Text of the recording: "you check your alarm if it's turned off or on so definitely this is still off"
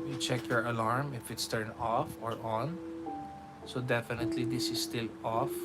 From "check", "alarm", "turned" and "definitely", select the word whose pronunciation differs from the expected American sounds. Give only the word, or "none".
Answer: turned